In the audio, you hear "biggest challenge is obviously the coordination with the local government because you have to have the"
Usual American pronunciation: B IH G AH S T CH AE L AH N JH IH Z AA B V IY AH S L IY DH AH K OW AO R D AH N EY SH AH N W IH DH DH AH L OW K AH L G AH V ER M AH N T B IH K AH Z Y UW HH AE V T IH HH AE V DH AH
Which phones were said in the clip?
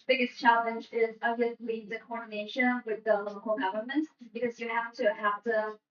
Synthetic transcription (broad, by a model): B IH G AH S CH AE L AH N JH IH Z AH V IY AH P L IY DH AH K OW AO R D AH N EY SH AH N W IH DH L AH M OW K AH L G AH V ER M AH N T B IH K AH Z Y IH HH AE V T IH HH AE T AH